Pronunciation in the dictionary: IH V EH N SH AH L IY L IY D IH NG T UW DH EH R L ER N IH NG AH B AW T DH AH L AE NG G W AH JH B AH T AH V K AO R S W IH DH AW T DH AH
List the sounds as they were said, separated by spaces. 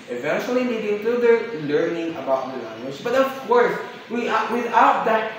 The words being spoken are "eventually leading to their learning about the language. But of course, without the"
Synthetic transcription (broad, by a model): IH V EH N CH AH L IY N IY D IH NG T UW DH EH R L ER N IH NG AH B AW T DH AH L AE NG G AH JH B AH T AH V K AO R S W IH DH AW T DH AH